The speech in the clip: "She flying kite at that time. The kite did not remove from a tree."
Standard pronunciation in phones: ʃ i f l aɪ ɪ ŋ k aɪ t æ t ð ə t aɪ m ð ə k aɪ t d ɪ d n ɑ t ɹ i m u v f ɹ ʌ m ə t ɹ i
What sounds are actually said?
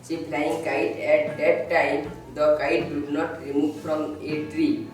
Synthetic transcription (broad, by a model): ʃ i p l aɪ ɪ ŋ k aɪ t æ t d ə t aɪ m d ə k aɪ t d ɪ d n ɑ t ɹ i m u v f ɹ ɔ m ə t ɹ i